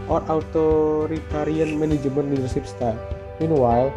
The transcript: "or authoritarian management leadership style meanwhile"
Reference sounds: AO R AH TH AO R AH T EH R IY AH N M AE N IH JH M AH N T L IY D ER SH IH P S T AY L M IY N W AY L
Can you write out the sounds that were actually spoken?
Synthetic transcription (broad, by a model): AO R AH T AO R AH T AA R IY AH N M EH N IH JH M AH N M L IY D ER S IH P S T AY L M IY N W AY